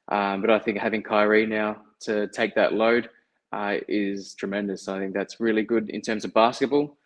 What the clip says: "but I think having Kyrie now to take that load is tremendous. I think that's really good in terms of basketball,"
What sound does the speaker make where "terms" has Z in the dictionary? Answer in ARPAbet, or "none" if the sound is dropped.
Z